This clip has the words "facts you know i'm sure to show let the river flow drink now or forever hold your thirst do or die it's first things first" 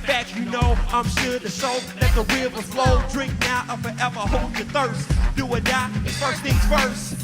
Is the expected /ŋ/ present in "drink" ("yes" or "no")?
yes